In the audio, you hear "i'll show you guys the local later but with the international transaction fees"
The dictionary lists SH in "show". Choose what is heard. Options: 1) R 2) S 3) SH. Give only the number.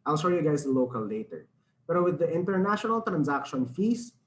2